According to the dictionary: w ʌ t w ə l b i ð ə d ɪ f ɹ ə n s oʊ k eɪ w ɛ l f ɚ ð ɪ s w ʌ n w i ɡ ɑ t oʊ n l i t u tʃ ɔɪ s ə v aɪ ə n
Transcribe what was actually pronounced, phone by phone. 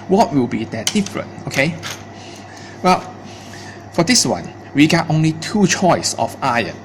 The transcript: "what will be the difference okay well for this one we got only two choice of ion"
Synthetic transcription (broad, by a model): w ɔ t w ə l b i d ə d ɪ f ɹ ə n oʊ k eɪ w ɛ l f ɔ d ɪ s w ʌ n w i ɡ ɑ t oʊ n l i t u tʃ ɔɪ s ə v aɪ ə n